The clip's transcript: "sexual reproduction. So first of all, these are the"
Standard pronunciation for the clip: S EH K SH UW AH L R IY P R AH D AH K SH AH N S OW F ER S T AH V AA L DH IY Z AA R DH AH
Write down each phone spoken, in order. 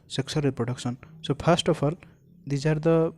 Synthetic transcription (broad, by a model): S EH K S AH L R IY P R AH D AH K S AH N S OW P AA S T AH P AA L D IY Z AA R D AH